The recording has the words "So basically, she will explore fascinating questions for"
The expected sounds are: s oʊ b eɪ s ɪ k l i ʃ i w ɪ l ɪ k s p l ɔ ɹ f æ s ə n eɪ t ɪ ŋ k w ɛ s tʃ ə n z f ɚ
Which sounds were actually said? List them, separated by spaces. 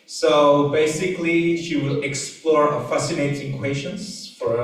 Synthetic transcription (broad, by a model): s oʊ b eɪ s ɪ k l i ʃ i w ɪ l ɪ k s p l ɔ ɹ f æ s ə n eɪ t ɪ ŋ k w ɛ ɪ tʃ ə n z f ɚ